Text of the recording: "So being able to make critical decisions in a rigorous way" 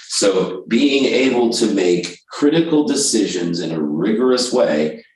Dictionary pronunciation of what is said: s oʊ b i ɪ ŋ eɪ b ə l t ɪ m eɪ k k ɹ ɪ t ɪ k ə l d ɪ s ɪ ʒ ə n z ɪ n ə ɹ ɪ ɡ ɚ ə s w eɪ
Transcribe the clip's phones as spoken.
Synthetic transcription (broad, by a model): s oʊ b i ɪ ŋ eɪ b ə l t ɪ m eɪ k k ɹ ɪ t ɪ k l d ɪ s ɪ ʒ ə n z ɪ n ə ɹ ɪ ɡ ɚ ə s w eɪ